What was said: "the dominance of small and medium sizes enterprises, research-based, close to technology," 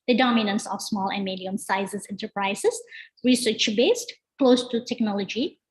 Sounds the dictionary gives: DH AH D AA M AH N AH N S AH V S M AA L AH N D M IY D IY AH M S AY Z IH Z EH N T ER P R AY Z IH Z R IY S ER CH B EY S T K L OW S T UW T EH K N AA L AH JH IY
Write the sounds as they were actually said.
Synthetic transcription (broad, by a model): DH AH D AA M AH N AH N S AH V S M AA L AH N D M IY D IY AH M S AY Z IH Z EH N T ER P R AY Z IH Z R IY S ER CH B EY S T K L OW S T UW T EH K N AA L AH JH IY